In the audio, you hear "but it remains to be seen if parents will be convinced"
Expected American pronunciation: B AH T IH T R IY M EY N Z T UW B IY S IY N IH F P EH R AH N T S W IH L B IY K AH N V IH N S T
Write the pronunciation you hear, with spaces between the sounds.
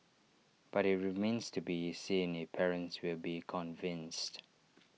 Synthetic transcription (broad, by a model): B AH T IH T R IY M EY N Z T UW B IY S IY N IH P EH R AH N T S W IH L B IY K AH N V IH N S T